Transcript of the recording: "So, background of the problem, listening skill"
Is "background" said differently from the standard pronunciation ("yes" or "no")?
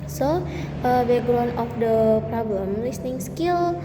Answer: yes